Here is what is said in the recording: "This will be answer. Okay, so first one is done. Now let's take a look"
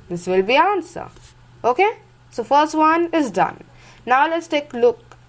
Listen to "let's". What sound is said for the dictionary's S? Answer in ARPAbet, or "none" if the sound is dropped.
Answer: S